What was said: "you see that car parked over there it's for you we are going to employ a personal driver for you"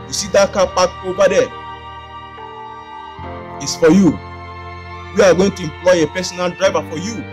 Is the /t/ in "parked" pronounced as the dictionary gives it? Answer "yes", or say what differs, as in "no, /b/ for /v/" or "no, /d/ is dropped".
no, /t/ is dropped